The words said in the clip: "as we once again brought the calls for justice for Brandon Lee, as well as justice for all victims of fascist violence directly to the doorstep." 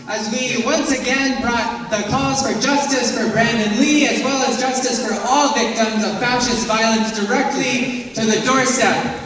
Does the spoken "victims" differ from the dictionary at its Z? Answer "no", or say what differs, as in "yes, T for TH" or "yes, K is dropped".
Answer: no